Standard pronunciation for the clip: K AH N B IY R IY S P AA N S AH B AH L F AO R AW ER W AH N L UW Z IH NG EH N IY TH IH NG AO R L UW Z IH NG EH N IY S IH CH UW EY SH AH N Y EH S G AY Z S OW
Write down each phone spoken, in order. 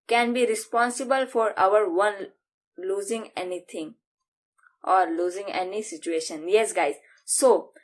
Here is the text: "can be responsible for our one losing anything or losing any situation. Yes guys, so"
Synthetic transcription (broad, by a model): K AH N B IY R IY S P AA N S AH B AH L F AO R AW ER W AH N L UW Z IH NG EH N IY T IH NG AO R L UW Z IH NG EH N IY S IH CH UW EY SH AH N Y EH S G AY Z S OW